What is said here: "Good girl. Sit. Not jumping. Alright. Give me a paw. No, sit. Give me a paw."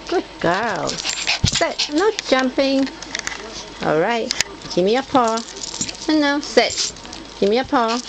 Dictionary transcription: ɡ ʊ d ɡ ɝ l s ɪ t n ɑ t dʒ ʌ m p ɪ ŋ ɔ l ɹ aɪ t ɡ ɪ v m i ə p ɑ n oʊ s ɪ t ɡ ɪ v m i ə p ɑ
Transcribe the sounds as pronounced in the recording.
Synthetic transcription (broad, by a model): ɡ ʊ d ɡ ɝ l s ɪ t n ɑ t dʒ ʌ m p ɪ ŋ ɔ l ɹ aɪ t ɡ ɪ m i ə p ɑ n oʊ s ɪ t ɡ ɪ m i ə p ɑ